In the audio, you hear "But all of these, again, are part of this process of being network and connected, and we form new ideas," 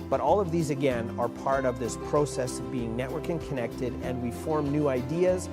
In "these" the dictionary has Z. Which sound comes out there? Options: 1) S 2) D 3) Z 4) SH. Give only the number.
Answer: 3